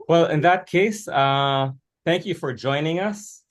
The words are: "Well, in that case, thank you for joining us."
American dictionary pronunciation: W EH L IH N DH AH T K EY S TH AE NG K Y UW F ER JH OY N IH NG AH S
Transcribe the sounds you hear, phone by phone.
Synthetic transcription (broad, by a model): W EH L IH N DH AH T K EY S TH AE NG K Y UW F ER JH OY N IH NG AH S